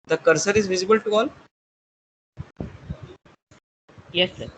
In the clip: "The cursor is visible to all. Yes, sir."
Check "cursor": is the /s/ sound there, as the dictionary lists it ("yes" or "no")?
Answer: yes